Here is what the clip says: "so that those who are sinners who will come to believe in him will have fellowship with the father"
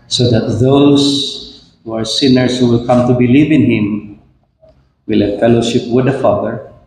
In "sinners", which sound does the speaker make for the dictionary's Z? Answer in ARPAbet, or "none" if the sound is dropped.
S